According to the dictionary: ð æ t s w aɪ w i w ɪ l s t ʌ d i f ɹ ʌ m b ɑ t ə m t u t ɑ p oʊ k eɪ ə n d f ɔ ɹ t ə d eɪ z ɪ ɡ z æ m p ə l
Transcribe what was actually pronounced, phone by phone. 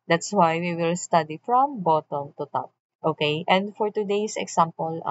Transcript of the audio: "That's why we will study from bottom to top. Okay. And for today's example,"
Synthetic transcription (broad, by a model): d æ t s w aɪ w i w ɪ l s t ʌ d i f ɹ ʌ m b ɑ t ə m t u t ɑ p oʊ k eɪ ə n d f ɔ ɹ t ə d eɪ s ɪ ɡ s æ m p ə l